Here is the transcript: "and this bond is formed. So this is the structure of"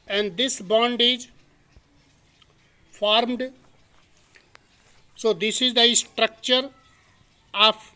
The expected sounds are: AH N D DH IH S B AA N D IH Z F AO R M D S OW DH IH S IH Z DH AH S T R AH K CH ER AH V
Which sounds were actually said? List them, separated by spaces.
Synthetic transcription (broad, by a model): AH N D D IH S B AA N D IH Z F AO R M D S OW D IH S IH Z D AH S T R AH K CH ER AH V